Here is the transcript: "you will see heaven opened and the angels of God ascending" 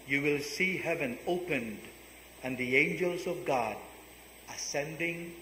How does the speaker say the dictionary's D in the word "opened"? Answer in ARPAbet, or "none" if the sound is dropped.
D